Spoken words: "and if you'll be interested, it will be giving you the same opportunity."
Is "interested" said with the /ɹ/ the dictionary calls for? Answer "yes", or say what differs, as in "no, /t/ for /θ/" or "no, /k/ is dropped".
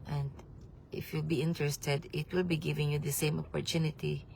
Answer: yes